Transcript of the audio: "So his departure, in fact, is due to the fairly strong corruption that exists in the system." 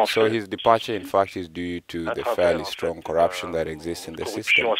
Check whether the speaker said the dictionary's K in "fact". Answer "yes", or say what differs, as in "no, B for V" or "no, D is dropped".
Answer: yes